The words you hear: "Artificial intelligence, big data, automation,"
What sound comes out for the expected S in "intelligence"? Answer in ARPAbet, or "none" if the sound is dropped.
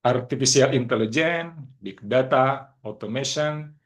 none